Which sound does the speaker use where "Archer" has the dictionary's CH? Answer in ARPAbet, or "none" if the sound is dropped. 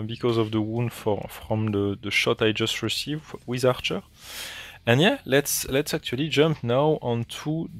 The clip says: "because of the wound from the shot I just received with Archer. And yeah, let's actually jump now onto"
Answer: CH